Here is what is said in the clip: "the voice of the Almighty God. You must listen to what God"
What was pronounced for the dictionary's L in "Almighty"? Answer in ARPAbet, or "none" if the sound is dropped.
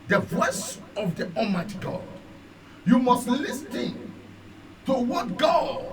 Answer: none